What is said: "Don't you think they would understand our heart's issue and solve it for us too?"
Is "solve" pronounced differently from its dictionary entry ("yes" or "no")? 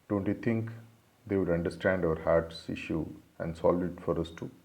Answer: yes